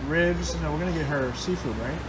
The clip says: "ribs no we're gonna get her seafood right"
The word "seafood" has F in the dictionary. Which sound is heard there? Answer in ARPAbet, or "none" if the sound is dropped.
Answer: F